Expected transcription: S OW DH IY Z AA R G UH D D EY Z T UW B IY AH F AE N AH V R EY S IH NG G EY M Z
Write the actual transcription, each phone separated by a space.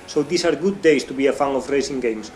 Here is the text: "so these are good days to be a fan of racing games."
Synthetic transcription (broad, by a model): S OW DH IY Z AA R G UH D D EY S T UW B IY AH F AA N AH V R EY S IH NG G EY M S